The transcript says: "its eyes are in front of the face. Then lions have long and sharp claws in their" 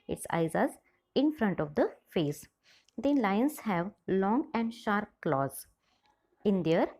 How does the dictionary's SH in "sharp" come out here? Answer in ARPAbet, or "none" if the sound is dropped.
SH